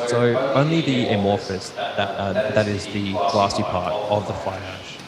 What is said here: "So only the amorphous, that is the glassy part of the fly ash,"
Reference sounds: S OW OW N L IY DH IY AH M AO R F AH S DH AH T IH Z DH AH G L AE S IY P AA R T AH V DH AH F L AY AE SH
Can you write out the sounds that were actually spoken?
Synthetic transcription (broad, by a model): S OW OW N L IY DH IY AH M AO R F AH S DH AH T IH Z DH AH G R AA S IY P AA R T AH V DH AH F AY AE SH